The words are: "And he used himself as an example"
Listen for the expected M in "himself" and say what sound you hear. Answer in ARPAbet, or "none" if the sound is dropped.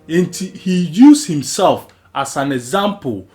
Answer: M